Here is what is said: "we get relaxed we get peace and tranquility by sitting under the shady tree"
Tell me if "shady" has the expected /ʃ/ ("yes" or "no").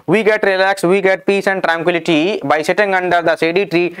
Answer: no